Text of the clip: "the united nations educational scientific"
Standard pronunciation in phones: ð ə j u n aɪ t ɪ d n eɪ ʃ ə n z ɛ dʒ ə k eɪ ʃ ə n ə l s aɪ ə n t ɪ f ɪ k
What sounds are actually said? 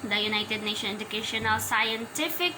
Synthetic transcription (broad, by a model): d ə j u n aɪ t ɪ d n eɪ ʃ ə n ɛ dʒ ə k eɪ ʃ ə n ə l s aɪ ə n t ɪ f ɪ k